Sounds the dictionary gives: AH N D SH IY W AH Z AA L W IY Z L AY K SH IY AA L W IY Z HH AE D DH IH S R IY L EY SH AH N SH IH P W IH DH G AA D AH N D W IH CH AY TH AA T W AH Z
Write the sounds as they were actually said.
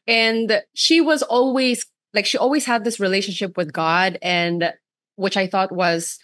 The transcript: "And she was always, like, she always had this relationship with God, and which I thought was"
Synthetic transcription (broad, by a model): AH N SH IY W AH Z AA L W IY Z L AY K SH IY AA L W IY Z HH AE D DH IH S R IY L EY SH AH N SH IH P W IH DH G AA D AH N W IH CH AY TH AA T W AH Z